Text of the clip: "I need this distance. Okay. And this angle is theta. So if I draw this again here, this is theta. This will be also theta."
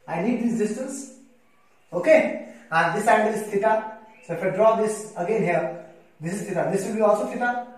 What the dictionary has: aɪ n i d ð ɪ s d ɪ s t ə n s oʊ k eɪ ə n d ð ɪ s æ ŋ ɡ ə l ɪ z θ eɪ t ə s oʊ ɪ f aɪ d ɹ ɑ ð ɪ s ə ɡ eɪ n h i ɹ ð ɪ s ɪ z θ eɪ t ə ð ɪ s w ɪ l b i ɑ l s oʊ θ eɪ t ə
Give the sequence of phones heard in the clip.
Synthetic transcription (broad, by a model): aɪ n i d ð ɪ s d ɪ s t ə n s oʊ k eɪ ə n d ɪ s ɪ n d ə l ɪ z f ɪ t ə s oʊ ɪ f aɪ d ɹ ɑ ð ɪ s ə ɡ eɪ n h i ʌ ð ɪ s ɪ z f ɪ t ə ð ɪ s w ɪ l b i ɑ l s oʊ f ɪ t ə